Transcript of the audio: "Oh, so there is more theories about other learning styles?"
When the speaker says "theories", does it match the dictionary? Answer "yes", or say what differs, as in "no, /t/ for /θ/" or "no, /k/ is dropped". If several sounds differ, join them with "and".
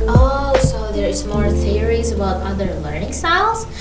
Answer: yes